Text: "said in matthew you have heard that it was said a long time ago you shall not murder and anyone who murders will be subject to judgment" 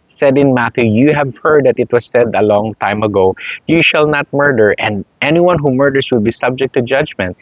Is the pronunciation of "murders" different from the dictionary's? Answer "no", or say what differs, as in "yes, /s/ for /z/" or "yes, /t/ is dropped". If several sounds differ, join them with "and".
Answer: yes, /s/ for /z/